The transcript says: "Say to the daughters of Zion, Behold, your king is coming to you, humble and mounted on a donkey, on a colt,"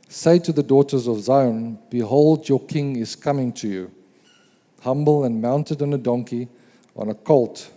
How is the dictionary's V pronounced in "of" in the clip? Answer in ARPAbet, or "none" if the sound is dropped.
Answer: V